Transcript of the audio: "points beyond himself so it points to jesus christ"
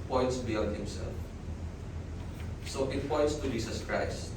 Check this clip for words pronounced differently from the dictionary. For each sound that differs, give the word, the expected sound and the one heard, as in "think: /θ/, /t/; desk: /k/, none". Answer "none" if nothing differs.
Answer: jesus: /z/, /s/